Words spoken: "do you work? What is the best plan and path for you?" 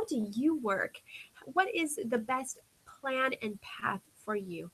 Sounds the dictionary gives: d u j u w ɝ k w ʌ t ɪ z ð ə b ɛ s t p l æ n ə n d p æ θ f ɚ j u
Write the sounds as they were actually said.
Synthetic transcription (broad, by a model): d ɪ j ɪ w ɝ k w ʌ t ɪ z ð ə b ɛ s t p l æ n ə n p æ θ f ɚ j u